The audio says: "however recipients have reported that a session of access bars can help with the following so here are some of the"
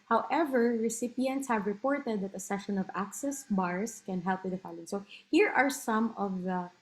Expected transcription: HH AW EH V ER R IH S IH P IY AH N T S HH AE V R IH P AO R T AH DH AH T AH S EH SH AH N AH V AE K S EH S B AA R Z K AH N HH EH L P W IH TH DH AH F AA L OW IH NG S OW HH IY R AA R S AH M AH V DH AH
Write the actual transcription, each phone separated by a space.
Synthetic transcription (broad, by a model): HH AW EH V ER R IH S IH P IY AH N T S HH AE V R IH P AO R T AH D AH T AH S EH SH AH N AH V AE K S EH S B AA R S K AH N HH EH L P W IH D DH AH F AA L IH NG S OW HH IY R AA R S AH M AH V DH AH